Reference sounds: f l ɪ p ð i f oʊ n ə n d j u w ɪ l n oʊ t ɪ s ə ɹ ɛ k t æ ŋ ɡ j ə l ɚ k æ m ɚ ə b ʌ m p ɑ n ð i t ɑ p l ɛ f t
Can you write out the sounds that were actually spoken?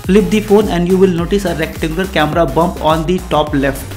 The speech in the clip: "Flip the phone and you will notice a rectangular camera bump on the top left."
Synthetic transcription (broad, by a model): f l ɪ p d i f oʊ n ə n d j u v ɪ l n oʊ t ɪ s ə ɹ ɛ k t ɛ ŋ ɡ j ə l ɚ k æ m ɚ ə b ʌ m p ɑ n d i t ɑ p l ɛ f t